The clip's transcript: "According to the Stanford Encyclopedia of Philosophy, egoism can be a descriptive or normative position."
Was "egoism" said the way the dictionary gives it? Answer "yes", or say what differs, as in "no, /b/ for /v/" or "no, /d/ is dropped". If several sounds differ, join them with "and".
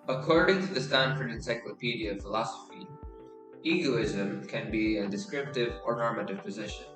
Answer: yes